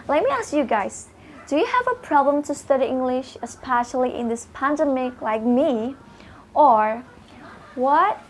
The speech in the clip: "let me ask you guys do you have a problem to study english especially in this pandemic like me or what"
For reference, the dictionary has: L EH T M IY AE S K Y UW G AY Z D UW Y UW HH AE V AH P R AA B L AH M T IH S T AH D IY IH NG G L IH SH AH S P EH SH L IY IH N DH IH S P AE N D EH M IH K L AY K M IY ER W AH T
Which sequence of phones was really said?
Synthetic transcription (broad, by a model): L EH T M IY AE S K Y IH G AY Z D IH Y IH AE V AH P R AA B L AH M T IH S T AH D IY IH NG G L IH SH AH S P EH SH L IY IH N DH IH S P AE N D EH M IH K L AY K M IY ER W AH T